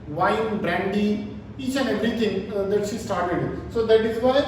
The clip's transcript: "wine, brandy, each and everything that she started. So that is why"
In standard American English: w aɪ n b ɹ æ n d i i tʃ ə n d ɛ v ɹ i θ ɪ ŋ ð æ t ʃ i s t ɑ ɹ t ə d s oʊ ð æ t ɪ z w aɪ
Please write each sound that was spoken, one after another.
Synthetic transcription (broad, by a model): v aɪ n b ɹ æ n d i i tʃ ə n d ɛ v ɹ i t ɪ ŋ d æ t ʃ i s t ɑ ɹ t ə d s oʊ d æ t ɪ z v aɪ